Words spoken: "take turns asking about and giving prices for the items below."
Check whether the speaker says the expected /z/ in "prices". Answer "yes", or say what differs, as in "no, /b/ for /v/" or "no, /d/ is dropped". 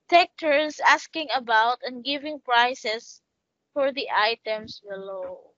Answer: no, /s/ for /z/